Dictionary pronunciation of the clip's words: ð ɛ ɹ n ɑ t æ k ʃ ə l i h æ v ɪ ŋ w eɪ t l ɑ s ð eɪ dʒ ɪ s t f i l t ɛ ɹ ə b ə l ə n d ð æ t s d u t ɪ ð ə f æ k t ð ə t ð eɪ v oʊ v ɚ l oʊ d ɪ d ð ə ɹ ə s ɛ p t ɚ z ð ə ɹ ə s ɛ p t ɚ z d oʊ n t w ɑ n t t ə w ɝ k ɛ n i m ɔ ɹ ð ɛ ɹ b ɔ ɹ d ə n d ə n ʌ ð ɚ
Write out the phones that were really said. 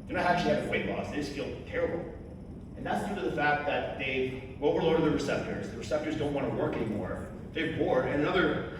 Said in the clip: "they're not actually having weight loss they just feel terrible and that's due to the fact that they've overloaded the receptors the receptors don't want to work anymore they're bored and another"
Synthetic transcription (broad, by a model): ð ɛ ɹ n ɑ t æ k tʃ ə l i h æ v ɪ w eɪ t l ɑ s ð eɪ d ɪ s f i l t ɛ ɹ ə b l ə n ð æ t s d u t ɪ ð ə f æ k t ð ə t ð eɪ w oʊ w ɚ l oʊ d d ð ə ɹ ə s ɛ p t ɚ z ð ə ɹ ə s ɛ p t ɚ z d oʊ n t w ɑ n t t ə w ɝ k ɛ n i m ɔ ɹ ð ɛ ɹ b ɔ ɹ d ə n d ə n ʌ ð ɚ